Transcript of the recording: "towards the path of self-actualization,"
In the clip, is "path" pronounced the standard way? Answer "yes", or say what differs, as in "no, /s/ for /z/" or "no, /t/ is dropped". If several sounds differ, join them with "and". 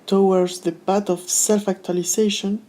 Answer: no, /b/ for /p/ and /t/ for /θ/